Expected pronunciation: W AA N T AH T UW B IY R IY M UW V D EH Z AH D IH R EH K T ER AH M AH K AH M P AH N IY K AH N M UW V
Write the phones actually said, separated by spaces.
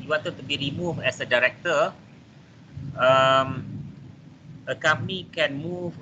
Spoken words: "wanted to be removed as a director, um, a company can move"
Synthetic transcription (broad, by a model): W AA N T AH T UW B IY R IY M UW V EH S AH D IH R EH K T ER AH M AH K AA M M IY K AH N M UW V